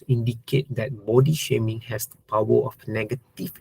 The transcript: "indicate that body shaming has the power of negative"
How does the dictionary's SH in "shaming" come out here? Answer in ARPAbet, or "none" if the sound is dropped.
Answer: SH